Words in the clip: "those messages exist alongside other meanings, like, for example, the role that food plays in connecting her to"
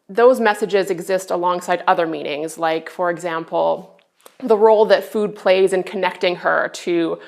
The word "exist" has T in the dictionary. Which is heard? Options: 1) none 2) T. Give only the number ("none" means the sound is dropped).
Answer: 2